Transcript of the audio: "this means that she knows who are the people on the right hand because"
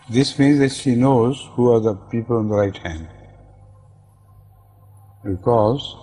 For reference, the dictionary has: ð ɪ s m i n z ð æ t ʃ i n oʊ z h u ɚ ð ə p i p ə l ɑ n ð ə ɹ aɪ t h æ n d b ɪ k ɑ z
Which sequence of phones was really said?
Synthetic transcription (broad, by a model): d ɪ s m i n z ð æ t ʃ i n oʊ z h u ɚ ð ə p i p ə l ɑ n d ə ɹ aɪ t h æ n d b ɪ k ɑ z